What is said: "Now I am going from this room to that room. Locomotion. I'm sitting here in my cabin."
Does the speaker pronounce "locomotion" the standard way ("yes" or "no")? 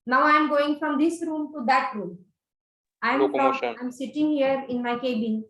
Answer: no